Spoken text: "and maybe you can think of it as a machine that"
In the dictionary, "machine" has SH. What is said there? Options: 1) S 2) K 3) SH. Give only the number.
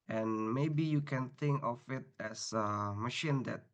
3